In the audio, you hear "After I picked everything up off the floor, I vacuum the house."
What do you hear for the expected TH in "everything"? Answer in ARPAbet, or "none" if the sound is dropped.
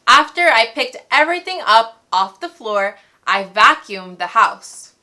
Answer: TH